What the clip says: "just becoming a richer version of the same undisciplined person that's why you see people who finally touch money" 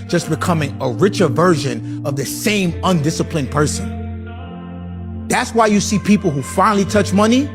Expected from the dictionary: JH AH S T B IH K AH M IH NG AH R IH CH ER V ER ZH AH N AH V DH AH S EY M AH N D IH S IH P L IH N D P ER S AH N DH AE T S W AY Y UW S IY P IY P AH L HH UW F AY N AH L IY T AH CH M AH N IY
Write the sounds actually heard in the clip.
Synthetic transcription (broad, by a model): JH AH S B IH K AH M IH NG AH R IH CH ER V ER ZH AH N AH V DH AH S EY M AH N D IH S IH P L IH N P ER S AH N DH AE T S W AY Y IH S IY P IY P L HH UW F AY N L IY T AH CH M AH N IY